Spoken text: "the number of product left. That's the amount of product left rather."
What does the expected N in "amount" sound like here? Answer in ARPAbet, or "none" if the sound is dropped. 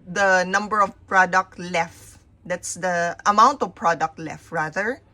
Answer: N